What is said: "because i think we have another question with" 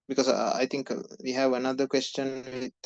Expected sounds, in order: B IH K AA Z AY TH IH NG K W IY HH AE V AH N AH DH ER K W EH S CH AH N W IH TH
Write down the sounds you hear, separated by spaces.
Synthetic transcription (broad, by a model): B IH K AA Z AY T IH NG K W IY HH AE V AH N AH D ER K W EH S CH AH N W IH